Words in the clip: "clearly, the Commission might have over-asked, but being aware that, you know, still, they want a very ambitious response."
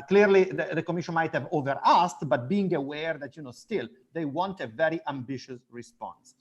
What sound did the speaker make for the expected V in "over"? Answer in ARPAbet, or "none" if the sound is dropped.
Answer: V